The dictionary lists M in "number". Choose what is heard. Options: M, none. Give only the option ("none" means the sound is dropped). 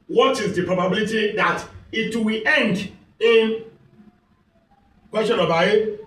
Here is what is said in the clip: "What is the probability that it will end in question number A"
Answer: none